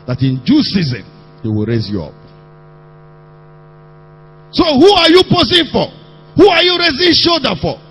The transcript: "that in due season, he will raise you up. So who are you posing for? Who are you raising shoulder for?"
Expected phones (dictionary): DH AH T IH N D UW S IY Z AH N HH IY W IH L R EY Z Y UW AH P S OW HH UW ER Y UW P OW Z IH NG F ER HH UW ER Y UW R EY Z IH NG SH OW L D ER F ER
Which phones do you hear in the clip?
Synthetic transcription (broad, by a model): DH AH T IH N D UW S IY Z AH N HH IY W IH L R EY Z Y UW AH P S OW HH UW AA Y UW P OW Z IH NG F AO HH UW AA Y UW R EY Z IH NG SH OW D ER F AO